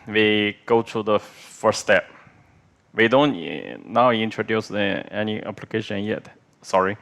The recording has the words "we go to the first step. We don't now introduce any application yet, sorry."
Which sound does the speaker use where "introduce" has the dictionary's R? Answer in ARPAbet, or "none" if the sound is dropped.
none